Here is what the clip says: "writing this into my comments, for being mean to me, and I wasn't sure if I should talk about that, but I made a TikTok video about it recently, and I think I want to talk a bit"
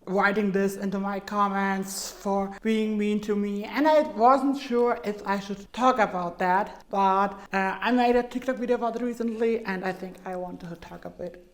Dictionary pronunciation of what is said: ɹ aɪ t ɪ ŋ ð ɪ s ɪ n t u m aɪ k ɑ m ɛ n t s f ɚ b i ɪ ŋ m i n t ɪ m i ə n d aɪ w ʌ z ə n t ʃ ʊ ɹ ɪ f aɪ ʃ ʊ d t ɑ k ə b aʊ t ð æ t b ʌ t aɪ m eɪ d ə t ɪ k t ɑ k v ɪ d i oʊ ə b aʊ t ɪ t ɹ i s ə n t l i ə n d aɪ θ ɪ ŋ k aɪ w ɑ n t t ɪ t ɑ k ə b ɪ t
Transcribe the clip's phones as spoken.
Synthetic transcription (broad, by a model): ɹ aɪ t ɪ ŋ ð ɪ s ɪ n t u m aɪ k ɑ m ɛ n t s f ɚ b i ɪ ŋ m i n t ɪ m i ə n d aɪ w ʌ z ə n t ʃ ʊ ɹ ɪ f aɪ ʃ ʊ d t ɑ k ə b aʊ t ð æ t b ʌ t aɪ m eɪ d ə t ɪ k t ɑ k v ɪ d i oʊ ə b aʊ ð ɪ t ɹ i s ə n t l i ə n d aɪ θ ɪ ŋ k aɪ w ɑ n t t ɪ t ɑ k ə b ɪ t